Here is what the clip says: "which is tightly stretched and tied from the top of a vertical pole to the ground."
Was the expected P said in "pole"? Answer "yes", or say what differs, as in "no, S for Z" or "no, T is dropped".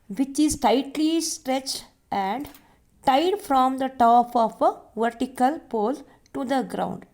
yes